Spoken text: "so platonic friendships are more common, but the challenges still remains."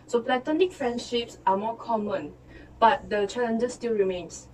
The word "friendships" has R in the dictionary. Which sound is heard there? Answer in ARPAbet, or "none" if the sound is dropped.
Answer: R